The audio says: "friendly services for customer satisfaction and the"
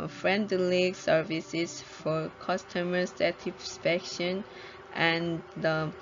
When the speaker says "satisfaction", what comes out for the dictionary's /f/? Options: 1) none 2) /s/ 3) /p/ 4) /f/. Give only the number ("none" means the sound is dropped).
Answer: 3